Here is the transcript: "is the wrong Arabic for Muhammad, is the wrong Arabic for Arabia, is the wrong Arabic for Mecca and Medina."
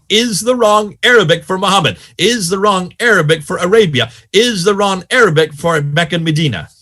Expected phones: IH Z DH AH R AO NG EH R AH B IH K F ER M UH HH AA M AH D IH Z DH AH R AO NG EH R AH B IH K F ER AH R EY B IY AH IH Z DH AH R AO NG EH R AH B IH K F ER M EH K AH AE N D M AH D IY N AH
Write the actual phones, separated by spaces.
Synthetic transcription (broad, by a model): IH Z DH AH R AO NG EH R AH B IH K F ER M UH HH AA M AH D IH Z DH AH R AO NG EH R AH B IH K F ER AH R EY B IY AH IH Z DH AH R AO NG EH R AH B IH K F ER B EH K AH N M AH D IY N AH